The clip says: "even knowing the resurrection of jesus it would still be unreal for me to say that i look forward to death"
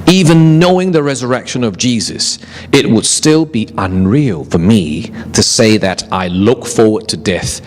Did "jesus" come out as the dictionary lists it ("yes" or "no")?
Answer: yes